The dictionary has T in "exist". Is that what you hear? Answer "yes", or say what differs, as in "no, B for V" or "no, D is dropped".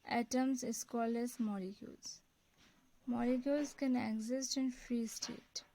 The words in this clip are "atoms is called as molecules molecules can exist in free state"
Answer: yes